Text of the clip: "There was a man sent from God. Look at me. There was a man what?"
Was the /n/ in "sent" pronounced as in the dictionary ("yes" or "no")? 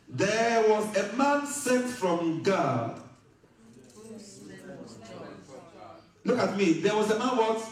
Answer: no